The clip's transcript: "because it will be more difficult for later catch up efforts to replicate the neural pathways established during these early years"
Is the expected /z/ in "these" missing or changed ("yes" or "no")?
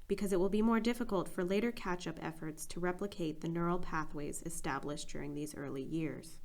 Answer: no